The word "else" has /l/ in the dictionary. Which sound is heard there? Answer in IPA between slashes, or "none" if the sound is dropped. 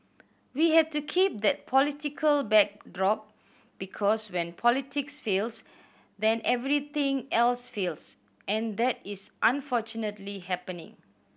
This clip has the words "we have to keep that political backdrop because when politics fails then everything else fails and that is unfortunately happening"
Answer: /l/